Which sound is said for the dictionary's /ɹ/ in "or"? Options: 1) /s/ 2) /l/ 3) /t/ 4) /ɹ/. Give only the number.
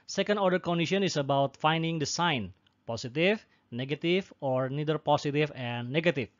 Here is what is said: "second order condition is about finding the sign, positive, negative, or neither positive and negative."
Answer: 4